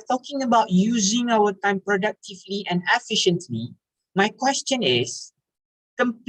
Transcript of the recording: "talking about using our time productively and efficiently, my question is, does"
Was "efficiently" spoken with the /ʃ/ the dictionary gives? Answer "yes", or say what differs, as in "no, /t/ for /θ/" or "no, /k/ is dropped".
yes